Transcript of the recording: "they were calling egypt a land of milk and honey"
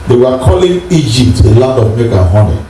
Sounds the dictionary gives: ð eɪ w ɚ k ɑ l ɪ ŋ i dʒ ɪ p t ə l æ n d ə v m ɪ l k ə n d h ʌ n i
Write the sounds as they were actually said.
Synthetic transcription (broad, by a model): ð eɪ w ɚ k ɑ l ɪ ŋ i dʒ ɪ p t ə l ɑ n d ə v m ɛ k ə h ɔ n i